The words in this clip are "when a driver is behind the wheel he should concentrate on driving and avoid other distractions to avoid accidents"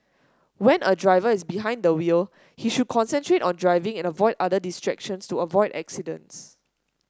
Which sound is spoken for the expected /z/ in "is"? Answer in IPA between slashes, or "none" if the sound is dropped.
/s/